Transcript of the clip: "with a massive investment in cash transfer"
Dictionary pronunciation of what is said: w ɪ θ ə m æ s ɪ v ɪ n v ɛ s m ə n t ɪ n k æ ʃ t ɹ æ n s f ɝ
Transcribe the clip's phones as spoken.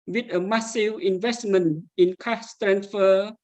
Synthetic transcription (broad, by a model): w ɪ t ə m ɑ s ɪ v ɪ n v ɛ s m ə n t ɪ n k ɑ s t ɹ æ n s f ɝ